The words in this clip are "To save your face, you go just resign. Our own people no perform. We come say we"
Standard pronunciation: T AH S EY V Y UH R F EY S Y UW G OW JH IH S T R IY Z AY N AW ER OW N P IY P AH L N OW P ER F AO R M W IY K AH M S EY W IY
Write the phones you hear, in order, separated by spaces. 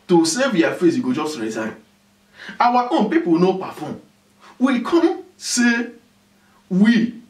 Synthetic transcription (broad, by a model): T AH S EY V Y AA F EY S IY G OW JH IH S T R IY Z AY N AW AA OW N P IY P AH L N OW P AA F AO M W IY K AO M S EY W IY